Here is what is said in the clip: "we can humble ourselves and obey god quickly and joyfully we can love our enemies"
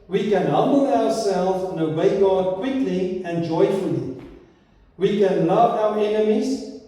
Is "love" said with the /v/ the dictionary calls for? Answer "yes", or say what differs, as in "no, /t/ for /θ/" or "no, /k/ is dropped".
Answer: yes